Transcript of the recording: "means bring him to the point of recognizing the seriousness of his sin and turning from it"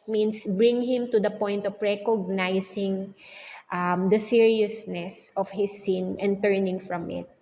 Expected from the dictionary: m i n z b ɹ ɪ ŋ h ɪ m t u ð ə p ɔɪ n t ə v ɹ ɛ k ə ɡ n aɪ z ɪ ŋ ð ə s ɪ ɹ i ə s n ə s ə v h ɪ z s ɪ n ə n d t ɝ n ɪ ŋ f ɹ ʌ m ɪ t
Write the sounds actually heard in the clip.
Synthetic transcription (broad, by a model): m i n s b ɹ ɪ ŋ h ɪ m t u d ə p ɔɪ n t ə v ɹ ɛ k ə ɡ n aɪ s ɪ ŋ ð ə s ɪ ɹ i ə s n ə s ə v h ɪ s ɪ n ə n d t ɝ n ɪ ŋ f ɹ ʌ m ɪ t